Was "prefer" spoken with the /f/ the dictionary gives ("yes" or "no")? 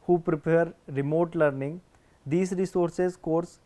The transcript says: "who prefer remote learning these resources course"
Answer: no